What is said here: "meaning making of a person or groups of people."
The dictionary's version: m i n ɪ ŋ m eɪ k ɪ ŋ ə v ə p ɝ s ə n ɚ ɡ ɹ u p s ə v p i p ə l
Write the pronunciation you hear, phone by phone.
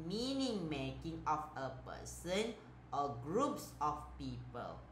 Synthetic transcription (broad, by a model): m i n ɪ ŋ m eɪ k ɪ ŋ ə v ə p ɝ s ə n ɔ ɡ ɹ u p s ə f p i p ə l